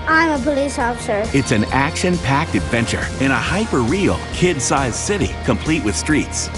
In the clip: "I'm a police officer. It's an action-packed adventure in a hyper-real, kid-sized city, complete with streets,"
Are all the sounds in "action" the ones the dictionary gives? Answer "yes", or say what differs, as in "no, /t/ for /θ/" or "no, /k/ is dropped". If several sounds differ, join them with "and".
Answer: yes